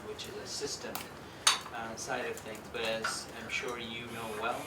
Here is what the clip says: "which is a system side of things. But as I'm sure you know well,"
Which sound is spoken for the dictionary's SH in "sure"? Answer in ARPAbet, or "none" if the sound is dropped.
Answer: SH